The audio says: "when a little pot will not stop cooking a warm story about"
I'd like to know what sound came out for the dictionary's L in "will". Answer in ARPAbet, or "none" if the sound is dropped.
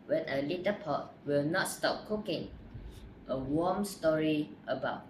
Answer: L